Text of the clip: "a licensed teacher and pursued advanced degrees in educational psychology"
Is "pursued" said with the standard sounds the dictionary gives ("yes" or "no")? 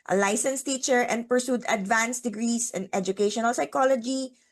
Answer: yes